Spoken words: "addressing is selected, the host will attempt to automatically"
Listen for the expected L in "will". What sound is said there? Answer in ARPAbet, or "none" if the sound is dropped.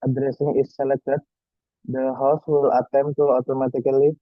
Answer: L